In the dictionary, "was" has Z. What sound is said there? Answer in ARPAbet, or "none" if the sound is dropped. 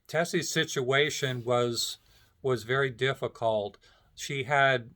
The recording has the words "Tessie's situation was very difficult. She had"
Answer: Z